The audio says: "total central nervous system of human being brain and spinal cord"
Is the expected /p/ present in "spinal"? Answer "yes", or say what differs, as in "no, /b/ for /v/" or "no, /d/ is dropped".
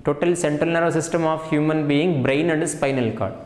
yes